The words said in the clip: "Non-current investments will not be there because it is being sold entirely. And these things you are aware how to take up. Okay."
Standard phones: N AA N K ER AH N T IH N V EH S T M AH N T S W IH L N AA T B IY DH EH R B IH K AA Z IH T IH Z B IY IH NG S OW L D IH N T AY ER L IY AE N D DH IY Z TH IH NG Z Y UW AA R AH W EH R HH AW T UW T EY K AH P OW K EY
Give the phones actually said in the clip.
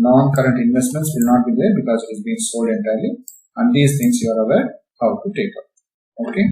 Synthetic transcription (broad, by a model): N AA N K ER AH N T IH N V EH S T M AH N T S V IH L N AA T B IY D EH R B IH K AA Z IH T IH Z B IY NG S OW D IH N T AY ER L IY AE N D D IY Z T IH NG S Y UW AA R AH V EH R HH AW T UW T EY K AH P OW K EY